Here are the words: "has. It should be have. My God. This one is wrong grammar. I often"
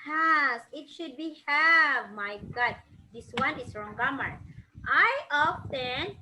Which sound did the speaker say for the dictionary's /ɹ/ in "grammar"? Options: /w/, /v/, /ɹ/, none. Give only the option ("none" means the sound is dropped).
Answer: none